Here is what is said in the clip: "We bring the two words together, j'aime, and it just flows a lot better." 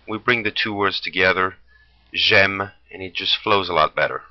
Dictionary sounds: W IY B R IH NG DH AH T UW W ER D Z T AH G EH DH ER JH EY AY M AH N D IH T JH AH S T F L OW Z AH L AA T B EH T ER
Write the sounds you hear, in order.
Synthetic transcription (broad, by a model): W IY B R IH NG DH AH T UW W ER D Z T AH G EH DH ER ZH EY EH M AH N IH T JH AH S T F L OW Z AH L AA T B EH T ER